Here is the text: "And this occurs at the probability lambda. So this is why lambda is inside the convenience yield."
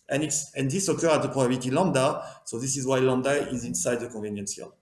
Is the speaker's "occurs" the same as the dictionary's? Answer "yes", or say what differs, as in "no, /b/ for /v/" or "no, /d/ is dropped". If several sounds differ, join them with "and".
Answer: no, /z/ is dropped